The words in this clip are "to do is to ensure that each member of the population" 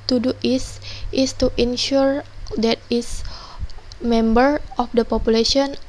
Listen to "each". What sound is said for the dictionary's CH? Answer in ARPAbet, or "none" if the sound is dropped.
S